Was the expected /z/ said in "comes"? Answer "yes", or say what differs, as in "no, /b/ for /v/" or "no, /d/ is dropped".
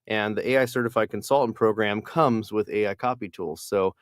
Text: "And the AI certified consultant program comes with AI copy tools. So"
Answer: yes